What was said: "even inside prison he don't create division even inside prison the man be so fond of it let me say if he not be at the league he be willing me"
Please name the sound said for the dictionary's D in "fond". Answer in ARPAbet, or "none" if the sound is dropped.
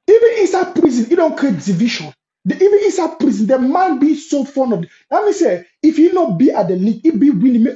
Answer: none